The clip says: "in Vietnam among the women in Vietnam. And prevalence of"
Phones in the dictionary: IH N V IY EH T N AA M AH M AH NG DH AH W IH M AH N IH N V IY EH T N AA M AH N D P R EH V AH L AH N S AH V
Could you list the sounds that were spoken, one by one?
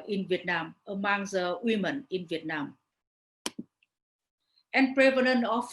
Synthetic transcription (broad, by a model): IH N V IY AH T N AA M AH M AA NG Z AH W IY M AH N IH N V IY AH T N AA M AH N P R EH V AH N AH N AH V